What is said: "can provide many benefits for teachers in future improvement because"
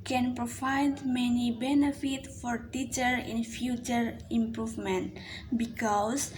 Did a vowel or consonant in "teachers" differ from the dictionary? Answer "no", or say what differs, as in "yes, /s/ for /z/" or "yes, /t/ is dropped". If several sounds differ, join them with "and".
yes, /z/ is dropped